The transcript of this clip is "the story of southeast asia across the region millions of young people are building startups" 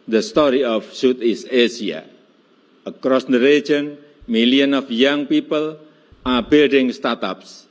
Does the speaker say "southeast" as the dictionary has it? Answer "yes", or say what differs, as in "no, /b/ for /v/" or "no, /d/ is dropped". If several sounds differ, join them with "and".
no, /t/ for /θ/ and /t/ is dropped